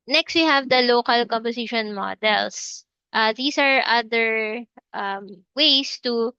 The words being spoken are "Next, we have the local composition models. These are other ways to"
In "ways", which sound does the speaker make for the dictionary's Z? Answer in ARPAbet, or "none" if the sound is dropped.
S